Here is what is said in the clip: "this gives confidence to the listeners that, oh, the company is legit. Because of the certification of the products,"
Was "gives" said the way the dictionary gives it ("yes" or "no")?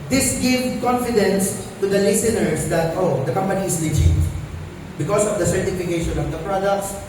no